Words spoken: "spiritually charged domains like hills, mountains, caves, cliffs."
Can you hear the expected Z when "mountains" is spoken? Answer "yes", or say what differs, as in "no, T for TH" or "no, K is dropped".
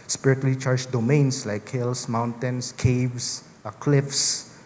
no, S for Z